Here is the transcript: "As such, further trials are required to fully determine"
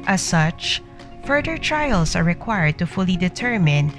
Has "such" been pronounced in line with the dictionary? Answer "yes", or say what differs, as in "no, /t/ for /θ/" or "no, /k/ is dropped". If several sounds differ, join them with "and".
yes